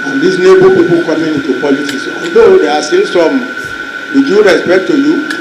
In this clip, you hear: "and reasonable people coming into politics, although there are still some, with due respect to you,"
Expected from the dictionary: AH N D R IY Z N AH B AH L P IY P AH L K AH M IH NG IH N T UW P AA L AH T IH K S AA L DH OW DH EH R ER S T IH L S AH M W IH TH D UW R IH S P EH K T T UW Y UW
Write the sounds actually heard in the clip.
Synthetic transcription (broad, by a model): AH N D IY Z N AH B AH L P IY P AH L K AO M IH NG IH N T UW P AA L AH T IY S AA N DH OW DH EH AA S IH N S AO M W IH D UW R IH S P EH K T T UW Y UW